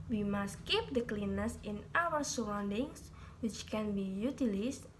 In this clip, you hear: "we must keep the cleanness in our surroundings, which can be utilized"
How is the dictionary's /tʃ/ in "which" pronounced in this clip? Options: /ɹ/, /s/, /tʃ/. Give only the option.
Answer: /tʃ/